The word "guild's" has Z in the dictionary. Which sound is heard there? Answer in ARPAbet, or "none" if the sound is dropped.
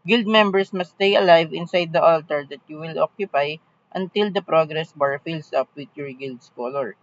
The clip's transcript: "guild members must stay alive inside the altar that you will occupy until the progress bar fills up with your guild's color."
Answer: S